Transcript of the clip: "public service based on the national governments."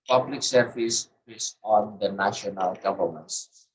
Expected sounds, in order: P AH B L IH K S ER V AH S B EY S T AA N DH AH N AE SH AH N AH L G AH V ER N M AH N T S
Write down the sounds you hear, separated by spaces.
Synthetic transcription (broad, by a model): P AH B L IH K S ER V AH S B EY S AA N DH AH N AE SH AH N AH L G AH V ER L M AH N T S